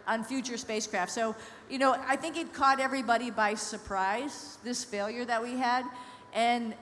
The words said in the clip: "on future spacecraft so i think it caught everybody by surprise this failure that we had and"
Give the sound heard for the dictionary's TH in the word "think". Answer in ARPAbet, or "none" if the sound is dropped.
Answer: TH